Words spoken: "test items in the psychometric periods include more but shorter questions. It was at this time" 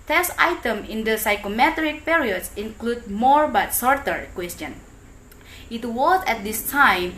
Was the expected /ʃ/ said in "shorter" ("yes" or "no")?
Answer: no